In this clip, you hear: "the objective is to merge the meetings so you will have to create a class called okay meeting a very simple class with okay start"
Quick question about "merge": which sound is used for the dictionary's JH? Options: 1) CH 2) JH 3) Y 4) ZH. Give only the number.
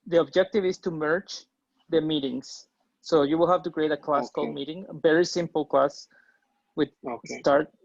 1